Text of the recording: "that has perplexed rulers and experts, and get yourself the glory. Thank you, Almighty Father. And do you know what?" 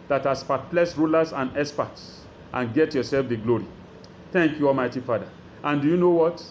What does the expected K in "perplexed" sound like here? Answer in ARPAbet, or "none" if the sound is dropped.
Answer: none